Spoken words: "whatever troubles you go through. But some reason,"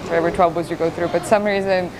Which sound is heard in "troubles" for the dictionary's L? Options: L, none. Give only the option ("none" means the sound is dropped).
none